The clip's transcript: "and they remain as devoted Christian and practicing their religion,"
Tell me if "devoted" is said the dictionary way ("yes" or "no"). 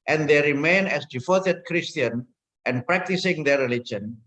no